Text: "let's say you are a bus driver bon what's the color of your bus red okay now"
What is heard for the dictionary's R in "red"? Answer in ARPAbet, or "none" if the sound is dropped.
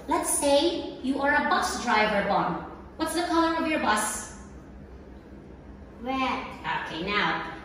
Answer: W